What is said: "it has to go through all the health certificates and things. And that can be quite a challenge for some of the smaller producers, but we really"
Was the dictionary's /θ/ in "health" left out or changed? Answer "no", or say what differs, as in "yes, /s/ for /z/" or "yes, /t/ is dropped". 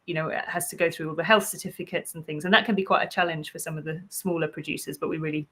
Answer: no